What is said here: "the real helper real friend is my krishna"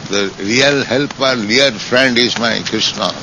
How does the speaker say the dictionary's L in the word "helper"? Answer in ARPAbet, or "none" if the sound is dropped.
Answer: L